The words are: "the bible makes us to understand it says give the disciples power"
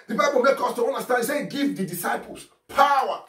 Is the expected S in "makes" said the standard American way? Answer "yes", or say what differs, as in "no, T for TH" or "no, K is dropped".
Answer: no, S is dropped